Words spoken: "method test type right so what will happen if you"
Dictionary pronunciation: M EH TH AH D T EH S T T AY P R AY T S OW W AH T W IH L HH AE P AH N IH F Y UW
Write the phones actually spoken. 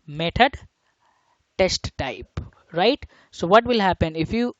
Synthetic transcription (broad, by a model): M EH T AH D T EH S T T AY P R AY T S OW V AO T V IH L HH AE P AH N IH F Y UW